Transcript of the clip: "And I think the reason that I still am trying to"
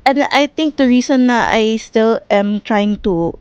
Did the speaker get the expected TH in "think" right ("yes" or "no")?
no